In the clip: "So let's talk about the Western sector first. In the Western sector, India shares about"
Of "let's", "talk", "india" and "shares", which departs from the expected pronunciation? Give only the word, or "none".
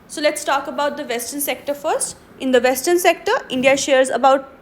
none